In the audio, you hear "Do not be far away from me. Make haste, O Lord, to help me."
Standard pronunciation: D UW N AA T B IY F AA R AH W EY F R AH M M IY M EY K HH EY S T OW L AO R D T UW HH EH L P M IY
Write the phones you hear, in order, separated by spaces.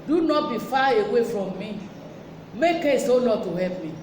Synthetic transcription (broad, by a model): D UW N AA T B IY F AA AH W EY F R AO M M IY M EY K EY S OW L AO T UW HH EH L P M IY